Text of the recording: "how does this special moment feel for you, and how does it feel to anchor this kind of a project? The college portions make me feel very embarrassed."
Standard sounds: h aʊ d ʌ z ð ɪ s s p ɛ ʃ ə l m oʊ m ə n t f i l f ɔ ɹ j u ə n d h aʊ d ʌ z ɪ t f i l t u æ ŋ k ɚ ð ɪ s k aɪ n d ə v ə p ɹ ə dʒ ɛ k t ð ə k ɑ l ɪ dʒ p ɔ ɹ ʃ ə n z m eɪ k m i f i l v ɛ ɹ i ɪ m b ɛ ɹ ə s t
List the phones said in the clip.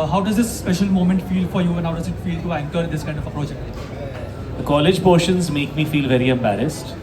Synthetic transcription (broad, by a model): h aʊ d ʌ z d ɪ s s p ɛ ʃ ə l m oʊ m ə n t f i l f ɔ ɹ j u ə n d h aʊ d ʌ z ɪ t f i l t u æ ŋ k ɚ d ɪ s k aɪ n d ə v ə p ɹ ə dʒ ɛ k t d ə k ɑ l ɪ dʒ p ɔ ɹ ʃ ə n z m eɪ k m i f i l v ɛ ɹ i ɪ m b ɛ ɹ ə s t